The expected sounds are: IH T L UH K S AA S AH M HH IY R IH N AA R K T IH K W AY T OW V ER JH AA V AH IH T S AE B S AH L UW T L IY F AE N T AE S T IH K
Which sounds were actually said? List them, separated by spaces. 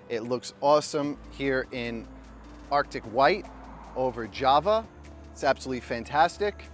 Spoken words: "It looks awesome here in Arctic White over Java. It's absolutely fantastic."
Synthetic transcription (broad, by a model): IH T L UH K S AA S AH M HH IY R IH N AA R K T IH K W AY T OW V ER JH AA V AH IH T S AE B S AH L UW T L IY F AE N T AE S T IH K